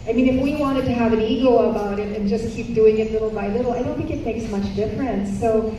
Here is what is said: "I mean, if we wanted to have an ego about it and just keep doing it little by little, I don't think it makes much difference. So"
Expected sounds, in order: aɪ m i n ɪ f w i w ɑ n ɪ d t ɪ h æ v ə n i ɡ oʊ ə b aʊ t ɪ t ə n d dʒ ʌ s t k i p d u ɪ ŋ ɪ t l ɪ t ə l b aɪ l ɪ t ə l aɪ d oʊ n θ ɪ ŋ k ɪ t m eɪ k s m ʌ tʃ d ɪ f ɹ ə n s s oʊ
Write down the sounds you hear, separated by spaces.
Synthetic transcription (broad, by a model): aɪ m i n ɪ f w i w ɑ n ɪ d t ɪ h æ v ə n i ɡ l ə b aʊ t ɪ t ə n dʒ ʌ s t k i p d u ɪ ŋ ɪ t l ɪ t l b aɪ l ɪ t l aɪ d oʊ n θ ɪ k ɪ t m eɪ k s m ʌ tʃ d ɪ f ɹ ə n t s oʊ